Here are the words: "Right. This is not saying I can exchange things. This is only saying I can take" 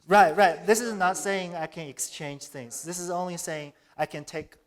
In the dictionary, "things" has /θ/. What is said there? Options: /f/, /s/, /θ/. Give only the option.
/θ/